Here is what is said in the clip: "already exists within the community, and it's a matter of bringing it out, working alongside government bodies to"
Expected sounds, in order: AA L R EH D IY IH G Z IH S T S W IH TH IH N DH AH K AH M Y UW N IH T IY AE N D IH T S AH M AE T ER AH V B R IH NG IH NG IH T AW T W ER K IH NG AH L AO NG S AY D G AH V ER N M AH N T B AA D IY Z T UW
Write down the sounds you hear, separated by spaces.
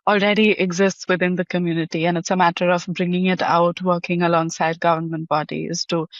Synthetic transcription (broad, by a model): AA L R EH D IY IH G Z IH S T S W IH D IH N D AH K AH M Y UW N IH T IY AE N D IH T S AH M AE T ER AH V B R IH NG IH NG IH T AW T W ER K IH NG AH L AO NG S AY D G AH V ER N M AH N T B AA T IY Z T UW